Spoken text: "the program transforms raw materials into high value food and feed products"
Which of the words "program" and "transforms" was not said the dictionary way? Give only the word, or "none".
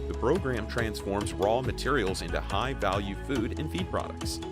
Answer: none